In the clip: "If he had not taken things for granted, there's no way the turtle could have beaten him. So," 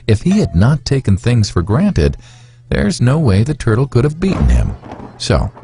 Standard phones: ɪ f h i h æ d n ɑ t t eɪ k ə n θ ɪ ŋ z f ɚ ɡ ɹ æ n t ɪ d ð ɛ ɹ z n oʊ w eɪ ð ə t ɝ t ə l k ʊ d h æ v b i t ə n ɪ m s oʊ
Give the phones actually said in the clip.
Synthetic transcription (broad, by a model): ɪ f h i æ d n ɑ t t eɪ k n θ ɪ ŋ z f ɚ ɡ ɹ æ n t ɪ d ð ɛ ɹ z n oʊ w eɪ ð ə t ɝ t l k ʊ d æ v b i t n ɪ m s oʊ